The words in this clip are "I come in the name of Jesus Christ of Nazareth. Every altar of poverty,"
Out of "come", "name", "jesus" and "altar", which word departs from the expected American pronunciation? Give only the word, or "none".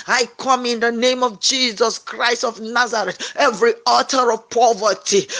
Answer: altar